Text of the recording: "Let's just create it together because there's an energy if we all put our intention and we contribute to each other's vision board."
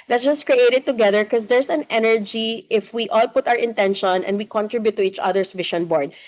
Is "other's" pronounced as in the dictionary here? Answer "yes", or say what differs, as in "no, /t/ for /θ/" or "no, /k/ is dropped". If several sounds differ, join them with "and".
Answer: no, /s/ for /z/